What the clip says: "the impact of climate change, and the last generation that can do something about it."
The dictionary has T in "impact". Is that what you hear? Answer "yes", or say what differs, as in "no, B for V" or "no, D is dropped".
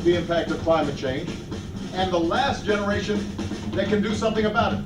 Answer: yes